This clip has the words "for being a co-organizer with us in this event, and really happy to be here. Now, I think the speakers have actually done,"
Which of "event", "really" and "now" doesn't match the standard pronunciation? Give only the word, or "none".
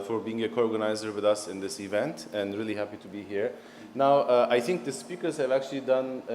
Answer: none